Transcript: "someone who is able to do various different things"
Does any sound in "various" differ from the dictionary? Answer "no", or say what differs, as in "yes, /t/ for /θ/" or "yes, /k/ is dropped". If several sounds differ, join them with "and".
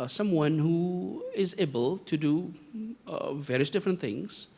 no